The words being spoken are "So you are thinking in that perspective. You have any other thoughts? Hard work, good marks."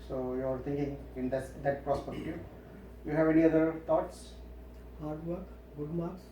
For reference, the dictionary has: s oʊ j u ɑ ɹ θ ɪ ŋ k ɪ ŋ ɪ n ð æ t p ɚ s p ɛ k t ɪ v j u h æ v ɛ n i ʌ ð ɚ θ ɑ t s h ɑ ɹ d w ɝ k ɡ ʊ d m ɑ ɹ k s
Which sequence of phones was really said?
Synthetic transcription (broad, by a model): s oʊ j u ɑ ɹ t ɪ ŋ k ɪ ŋ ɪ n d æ t p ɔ s p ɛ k t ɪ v j u h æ v ɛ n i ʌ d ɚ t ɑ t s h ɑ ɹ d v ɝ k ɡ ʊ d m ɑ ɹ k s